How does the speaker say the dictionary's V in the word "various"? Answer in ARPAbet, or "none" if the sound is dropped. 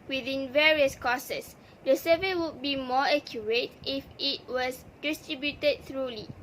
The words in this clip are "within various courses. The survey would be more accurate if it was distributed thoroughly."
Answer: V